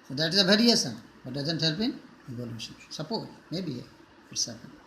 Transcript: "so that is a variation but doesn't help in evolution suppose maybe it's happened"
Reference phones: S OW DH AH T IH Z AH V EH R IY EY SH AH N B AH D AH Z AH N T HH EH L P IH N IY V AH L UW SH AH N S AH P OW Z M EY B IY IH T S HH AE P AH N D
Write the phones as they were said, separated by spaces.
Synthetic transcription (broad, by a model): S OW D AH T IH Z AH B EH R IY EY S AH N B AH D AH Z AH N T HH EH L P IH N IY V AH L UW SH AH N S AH P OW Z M EY B IY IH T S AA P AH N